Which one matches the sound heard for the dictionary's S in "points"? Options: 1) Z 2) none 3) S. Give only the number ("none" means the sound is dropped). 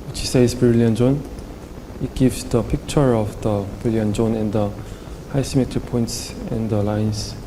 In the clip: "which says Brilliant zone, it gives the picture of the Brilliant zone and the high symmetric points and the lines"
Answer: 3